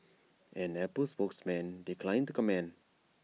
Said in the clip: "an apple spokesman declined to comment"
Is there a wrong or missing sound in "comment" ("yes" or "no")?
yes